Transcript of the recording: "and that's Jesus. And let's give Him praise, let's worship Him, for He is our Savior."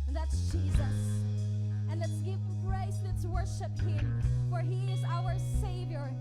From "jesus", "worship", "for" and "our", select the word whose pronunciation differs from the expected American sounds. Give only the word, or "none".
none